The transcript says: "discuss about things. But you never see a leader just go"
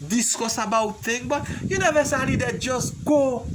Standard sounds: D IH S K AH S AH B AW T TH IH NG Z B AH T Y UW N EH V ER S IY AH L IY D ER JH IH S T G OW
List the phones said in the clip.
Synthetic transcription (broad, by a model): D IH S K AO S AH B AW T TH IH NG B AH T Y UW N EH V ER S AH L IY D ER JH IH S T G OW